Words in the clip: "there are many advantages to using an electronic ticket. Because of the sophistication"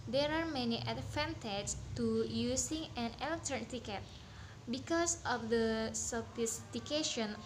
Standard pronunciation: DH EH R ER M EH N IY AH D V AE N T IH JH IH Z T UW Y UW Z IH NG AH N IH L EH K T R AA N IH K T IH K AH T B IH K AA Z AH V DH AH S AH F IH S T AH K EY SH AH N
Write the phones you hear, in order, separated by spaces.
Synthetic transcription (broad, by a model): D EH R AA M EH N IY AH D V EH N T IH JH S T UW Y UW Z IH NG AH N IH L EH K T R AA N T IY K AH T B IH K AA S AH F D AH S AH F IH S T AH K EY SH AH N